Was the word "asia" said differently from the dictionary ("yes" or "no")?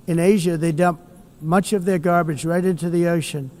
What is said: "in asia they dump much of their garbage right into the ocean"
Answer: no